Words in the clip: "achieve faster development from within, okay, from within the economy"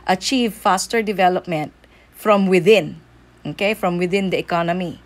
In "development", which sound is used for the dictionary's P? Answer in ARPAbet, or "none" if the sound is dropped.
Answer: P